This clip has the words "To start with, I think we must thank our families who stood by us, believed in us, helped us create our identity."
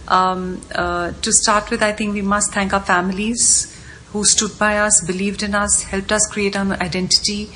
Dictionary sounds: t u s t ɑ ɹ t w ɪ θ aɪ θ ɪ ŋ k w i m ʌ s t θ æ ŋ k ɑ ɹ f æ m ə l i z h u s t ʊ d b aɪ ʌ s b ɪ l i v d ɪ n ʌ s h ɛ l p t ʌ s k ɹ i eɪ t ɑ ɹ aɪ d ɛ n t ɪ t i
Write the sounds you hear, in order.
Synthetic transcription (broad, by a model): t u s t ɑ ɹ t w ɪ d aɪ t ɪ ŋ k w i m ʌ s t t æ ŋ k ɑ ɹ f æ m ə l i z h u s t ʊ d b aɪ ʌ s b ɪ l i v d ɪ n ʌ s h ɛ l p t ʌ s k ɹ i eɪ t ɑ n aɪ d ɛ n t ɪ t i